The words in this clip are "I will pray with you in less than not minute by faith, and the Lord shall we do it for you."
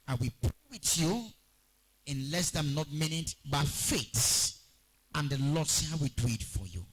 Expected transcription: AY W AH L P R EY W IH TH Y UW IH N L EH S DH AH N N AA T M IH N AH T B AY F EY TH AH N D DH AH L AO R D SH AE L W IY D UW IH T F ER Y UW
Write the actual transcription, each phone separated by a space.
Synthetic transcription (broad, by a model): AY W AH P R EY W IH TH Y UW IH N L EH S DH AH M N AA T M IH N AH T B AY F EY S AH N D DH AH L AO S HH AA W IY D UW IH T F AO Y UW